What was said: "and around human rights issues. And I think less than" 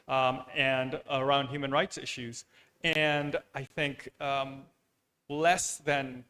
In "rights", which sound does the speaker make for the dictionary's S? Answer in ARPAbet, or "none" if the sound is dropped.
S